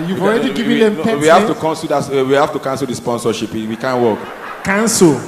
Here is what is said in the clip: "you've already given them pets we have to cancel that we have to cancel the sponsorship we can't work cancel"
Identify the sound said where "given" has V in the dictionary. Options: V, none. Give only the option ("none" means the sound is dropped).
none